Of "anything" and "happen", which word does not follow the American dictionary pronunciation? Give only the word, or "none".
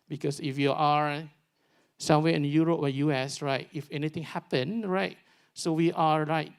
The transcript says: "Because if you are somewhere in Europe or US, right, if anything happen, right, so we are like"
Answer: anything